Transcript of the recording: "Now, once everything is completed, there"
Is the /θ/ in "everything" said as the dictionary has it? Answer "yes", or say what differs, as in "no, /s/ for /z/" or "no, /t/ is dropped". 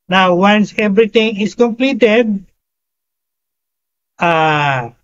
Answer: no, /t/ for /θ/